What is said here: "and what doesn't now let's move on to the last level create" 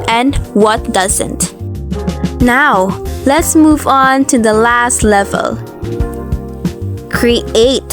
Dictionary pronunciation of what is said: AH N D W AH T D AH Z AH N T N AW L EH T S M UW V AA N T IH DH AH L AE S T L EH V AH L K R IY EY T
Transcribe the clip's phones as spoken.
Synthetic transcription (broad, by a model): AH N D W AH T D AH Z AH N T N AW L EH T S M UW V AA N T IH DH AH L AE S T L EH V AH L K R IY EY T